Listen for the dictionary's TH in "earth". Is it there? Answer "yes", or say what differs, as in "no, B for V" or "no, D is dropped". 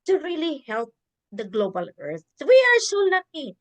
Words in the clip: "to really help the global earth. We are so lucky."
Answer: no, S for TH